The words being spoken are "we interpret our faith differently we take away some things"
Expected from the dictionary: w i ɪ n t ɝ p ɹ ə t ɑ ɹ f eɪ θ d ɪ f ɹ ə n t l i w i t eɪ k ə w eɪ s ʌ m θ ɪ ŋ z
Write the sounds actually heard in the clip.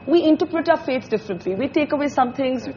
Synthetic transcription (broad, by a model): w i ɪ n t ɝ p ɹ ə t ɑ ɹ f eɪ s d ɪ f ɹ ə n t l i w i t eɪ k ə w eɪ s ʌ m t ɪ ŋ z